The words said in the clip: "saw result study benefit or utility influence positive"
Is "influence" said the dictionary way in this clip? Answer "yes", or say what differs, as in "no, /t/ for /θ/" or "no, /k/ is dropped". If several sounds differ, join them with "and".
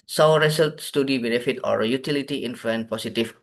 no, /s/ is dropped